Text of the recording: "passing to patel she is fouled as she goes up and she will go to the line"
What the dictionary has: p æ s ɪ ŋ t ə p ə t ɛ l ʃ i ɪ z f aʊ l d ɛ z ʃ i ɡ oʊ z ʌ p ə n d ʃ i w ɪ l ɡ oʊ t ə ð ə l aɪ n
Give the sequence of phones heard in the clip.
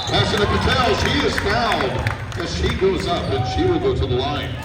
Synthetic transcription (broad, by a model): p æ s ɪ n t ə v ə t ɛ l ʃ i ɪ z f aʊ n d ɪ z ʃ i ɡ oʊ z ʌ p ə n ʃ i w ɪ l ɡ oʊ t ə ð ə l aɪ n